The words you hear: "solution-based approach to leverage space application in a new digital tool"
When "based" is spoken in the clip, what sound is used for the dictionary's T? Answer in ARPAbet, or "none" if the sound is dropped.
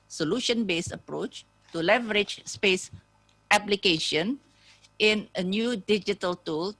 none